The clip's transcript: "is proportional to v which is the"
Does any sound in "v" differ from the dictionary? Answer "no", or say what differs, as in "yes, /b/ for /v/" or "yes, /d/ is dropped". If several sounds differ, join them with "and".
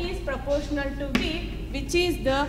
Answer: yes, /b/ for /v/